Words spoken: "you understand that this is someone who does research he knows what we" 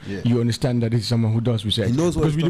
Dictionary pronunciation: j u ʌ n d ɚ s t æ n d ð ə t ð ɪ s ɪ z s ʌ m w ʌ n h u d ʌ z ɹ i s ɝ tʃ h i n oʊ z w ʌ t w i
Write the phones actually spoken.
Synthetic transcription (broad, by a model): j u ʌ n d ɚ s t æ n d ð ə t ð ɪ s ɪ z s ʌ m w ʌ n h u d ʌ z w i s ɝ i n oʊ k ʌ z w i